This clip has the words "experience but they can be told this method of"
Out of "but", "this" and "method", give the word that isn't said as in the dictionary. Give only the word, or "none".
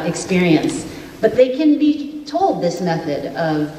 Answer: none